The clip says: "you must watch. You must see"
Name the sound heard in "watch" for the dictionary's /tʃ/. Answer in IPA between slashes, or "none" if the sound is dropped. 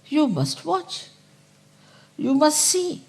/tʃ/